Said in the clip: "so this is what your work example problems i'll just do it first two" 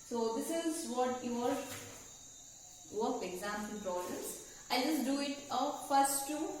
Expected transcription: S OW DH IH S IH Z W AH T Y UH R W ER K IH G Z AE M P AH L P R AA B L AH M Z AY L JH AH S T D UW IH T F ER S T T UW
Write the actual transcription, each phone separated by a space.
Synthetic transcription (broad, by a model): S OW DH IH S IH Z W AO T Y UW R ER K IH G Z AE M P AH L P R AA L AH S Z AY L JH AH S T D UW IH T F ER S T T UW